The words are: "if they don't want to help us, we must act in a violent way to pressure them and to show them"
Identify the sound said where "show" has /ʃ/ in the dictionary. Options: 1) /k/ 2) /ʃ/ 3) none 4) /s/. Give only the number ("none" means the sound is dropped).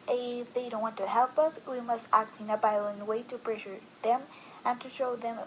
2